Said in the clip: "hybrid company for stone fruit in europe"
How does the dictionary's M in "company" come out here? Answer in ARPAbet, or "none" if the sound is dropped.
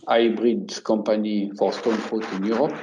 none